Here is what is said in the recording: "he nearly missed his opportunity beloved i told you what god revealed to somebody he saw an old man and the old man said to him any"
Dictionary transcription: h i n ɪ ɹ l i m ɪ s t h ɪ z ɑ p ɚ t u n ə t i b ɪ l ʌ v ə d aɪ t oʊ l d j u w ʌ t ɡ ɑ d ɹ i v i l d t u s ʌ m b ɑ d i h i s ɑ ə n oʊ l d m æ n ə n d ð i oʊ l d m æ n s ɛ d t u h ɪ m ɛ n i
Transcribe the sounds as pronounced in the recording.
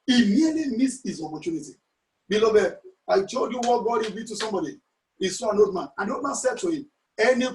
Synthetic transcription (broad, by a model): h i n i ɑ l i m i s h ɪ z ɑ p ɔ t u n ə t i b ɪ l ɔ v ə aɪ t oʊ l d j u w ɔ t ɡ ɑ d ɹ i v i t u s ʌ m b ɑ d i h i s ɑ ə n oʊ l d m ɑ n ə n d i oʊ l d m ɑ n s ɛ d t u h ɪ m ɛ n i